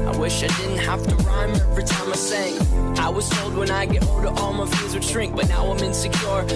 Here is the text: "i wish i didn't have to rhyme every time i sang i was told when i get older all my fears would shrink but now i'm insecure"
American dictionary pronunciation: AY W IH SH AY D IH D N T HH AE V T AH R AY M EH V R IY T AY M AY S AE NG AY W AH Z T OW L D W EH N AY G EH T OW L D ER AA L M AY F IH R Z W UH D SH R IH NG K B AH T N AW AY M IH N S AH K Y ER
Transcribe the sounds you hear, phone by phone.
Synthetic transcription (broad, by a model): AY W IH SH AY D IH D N T HH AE F T AH R AY M EH V R IY T AY M AY S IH NG AY W AH Z T OW L D W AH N AY G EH T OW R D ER AA L M AY F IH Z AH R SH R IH NG K B AH T N AW AY M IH N S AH K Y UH